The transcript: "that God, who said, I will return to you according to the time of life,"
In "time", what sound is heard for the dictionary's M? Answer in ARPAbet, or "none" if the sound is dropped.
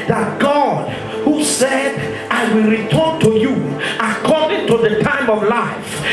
M